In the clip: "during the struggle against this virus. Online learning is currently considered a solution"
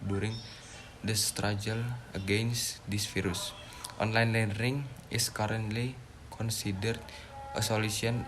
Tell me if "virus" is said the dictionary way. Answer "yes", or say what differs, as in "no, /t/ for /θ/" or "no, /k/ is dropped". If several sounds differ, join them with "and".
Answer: no, /f/ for /v/